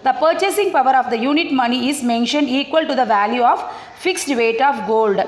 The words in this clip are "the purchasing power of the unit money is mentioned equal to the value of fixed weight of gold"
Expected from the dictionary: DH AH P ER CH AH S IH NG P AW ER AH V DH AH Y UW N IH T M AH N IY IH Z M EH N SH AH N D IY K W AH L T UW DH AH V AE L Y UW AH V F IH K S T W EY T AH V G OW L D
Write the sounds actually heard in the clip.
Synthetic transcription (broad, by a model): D AH P ER CH AH S IH NG P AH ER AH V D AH Y UW N IH T M AH N IY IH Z M EH N SH AH N D IY K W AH L T UW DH AH V AE L Y UW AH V F IH K S T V EY T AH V G OW L D